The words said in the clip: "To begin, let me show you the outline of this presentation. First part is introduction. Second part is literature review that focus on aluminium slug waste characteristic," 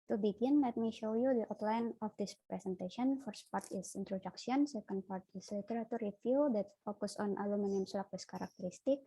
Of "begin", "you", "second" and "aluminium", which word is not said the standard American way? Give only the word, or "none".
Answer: none